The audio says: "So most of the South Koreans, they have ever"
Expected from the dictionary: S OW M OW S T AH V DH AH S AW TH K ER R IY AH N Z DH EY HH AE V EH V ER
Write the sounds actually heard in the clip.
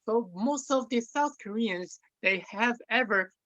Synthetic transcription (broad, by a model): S OW M OW S T AH V DH AH S AW TH K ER R IY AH N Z DH EY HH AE V EH V ER